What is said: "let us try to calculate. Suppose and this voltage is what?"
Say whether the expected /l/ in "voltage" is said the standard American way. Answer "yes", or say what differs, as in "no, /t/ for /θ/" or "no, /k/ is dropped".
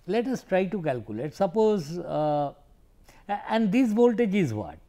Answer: yes